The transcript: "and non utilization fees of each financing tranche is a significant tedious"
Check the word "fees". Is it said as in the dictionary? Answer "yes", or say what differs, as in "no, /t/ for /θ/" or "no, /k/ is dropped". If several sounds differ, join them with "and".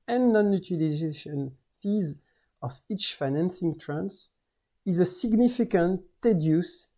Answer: yes